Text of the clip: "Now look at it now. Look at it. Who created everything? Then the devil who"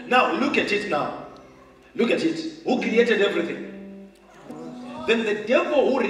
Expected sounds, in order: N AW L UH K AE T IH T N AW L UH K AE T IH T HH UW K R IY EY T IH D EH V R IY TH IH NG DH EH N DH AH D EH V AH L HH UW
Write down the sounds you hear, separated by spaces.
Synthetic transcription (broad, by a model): N AW L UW K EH T IH T N AW L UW K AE T IH T HH UW K R IY EY T IH D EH V R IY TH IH NG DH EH N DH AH D EH V AH L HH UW